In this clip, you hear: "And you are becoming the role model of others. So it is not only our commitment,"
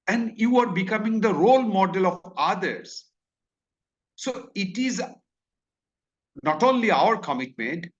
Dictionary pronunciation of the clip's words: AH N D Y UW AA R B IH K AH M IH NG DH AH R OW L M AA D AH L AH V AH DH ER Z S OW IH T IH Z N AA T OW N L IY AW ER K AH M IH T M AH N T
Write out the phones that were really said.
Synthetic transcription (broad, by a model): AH N D Y UW AA R B IH K AH M IH NG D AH R OW L M AA D AH L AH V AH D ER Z S OW IH T IH Z N AA T OW N L IY AW ER K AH M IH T M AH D